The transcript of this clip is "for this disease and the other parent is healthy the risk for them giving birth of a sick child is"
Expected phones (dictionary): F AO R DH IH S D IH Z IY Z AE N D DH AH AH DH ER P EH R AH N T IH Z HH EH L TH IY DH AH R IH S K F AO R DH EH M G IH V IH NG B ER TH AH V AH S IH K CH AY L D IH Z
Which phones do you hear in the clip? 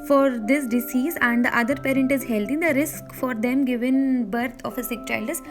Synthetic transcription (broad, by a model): F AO R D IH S D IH S IY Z AE N D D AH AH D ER P EH R AH N T IH Z HH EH L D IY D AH R IH S K F AO R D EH M G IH V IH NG B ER T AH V AH S IH K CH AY L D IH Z